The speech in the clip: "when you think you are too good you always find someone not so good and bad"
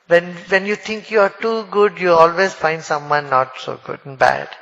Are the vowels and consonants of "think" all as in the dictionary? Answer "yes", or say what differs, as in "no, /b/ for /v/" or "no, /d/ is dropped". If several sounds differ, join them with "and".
no, /t/ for /θ/